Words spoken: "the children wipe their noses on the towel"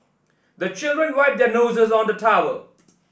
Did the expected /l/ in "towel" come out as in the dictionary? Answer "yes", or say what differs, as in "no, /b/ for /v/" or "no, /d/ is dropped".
no, /w/ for /l/